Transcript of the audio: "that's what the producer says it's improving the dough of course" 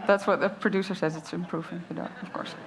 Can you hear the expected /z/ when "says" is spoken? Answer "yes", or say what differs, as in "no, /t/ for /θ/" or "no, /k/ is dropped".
yes